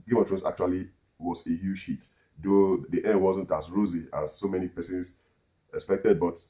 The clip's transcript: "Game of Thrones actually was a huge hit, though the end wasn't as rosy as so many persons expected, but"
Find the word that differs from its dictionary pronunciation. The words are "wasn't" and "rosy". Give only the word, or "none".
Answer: none